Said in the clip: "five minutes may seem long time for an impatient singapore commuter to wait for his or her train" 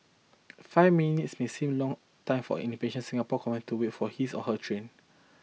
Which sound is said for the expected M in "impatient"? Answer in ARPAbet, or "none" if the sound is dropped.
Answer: none